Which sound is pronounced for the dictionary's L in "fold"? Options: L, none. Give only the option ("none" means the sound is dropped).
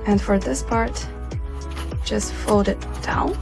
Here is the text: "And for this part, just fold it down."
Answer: none